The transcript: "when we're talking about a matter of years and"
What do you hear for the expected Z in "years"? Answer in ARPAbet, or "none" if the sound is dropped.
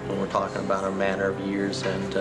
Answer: Z